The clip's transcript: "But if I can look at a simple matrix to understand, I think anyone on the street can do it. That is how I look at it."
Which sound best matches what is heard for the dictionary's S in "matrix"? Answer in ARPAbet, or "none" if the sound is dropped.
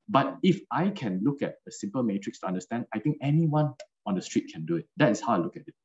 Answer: S